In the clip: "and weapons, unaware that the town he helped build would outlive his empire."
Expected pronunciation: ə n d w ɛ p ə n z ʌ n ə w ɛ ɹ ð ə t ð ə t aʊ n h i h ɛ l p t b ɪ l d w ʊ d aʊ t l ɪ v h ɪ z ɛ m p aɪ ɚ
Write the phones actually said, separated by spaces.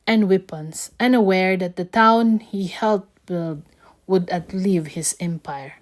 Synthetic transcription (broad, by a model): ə n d w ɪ p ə n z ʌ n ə w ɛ ɹ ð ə t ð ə t aʊ n h i h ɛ l t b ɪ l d w ʊ d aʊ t l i v h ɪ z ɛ m p aɪ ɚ